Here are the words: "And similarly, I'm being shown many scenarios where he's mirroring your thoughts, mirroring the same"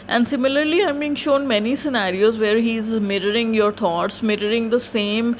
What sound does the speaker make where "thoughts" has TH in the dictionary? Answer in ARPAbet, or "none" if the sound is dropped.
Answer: T